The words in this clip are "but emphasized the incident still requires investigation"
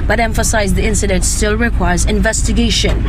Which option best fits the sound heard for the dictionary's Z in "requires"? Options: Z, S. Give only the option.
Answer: Z